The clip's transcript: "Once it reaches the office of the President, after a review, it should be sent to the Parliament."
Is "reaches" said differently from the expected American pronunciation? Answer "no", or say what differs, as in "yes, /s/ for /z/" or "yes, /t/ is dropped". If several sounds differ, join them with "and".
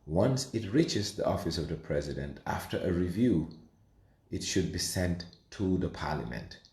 no